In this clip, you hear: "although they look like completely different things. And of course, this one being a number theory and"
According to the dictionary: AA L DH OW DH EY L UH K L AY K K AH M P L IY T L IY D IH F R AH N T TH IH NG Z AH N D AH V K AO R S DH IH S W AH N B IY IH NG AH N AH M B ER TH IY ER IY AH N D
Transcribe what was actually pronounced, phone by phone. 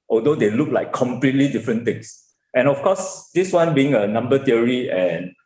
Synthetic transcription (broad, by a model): AA L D OW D EY L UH K L AY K K AH M P L IY T L IY D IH F R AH N T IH NG S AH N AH F K AO S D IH S W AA N B IY IH NG AH N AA M B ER T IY ER IY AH N